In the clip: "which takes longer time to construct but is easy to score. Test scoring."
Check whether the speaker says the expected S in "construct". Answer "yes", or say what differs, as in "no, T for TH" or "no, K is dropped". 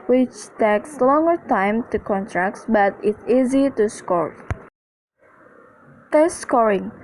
no, S is dropped